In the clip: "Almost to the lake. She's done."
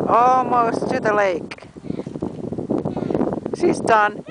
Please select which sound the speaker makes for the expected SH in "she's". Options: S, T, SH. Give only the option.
S